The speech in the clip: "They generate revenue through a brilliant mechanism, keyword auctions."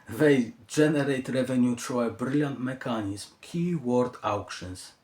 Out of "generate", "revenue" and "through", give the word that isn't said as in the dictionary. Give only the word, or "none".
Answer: through